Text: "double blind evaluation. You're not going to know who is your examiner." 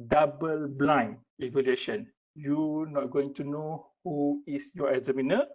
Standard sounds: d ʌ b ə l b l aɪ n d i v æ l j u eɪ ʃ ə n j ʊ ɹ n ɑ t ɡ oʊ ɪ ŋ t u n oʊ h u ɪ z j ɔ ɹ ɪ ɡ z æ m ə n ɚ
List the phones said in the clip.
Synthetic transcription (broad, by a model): d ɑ b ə l b l aɪ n i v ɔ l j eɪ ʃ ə n j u n ɑ t ɡ oʊ ɪ ŋ t u n oʊ h u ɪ s j ɔ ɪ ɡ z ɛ m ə n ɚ